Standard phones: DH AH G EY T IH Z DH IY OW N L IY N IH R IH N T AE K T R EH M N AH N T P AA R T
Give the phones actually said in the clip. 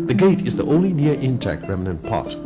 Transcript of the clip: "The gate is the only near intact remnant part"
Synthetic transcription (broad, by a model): DH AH G EY T IH Z DH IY OW N L IY N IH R IH N T AE K T R EH M N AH N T P AA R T